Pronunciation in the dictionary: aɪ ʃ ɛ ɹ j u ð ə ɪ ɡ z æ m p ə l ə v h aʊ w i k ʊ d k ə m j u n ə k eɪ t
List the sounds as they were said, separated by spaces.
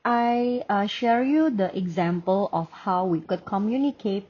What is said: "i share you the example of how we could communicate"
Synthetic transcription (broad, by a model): aɪ ʃ ɛ ɹ j u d ə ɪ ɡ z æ m p ə l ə f h aʊ w i k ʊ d k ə m j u n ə k eɪ t